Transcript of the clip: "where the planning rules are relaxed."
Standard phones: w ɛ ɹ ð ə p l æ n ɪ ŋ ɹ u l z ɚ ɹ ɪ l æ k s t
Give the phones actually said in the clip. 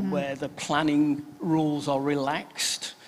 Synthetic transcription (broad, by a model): w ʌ ð ə p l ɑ n ɪ ŋ ɹ u l z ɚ ɹ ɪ l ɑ k s t